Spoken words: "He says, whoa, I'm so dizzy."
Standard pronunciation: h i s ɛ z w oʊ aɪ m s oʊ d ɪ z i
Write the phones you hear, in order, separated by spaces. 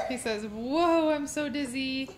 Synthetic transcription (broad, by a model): h i s ɛ z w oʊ aɪ m s oʊ d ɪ z i